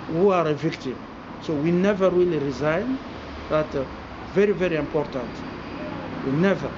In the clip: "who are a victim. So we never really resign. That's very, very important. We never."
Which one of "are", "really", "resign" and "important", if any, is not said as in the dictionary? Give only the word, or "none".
really